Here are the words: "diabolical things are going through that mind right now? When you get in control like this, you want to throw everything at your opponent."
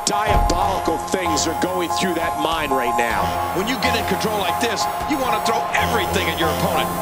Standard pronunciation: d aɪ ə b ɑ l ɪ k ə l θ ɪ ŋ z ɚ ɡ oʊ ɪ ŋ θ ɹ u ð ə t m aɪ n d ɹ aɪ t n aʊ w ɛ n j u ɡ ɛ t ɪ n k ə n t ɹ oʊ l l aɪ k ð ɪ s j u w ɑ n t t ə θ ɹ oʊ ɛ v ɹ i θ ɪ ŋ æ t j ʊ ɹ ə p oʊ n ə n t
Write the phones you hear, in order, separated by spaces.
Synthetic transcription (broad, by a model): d aɪ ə b ɑ l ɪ k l θ ɪ ŋ z ɚ ɡ oʊ ɪ ŋ θ ɹ u ð ə t m aɪ n d ɹ aɪ t n aʊ w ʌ n j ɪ ɡ ɛ t ɪ n k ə n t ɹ oʊ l l aɪ k ð ɪ s j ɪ w ɑ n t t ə θ ɹ oʊ ɛ v ɹ i θ ɪ ŋ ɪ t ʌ ɹ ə p oʊ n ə n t